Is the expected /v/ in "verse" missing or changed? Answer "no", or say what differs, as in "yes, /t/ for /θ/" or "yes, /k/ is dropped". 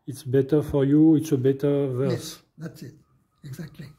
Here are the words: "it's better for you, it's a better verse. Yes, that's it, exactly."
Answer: no